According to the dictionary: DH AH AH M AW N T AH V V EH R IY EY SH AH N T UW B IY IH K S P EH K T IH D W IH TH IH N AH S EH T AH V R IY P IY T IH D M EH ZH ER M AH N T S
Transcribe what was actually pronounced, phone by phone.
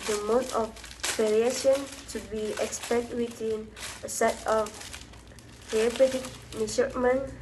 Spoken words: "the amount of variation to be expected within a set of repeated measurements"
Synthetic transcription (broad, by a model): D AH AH M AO T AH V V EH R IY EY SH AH N T UW B IY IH K S P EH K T W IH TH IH N AH S EH T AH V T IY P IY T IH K M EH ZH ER M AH N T